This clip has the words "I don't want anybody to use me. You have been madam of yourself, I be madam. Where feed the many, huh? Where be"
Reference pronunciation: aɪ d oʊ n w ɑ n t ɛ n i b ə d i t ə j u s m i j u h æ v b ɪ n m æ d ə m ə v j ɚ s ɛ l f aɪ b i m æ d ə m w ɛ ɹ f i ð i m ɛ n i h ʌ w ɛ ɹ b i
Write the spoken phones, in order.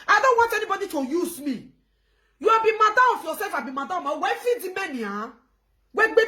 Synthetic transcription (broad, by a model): aɪ d oʊ n w ɑ n t ɛ n i b ə d i t ə j u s m i j u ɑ b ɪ m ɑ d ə ə f j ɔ s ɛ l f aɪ b i m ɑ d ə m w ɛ f i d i m ɛ n i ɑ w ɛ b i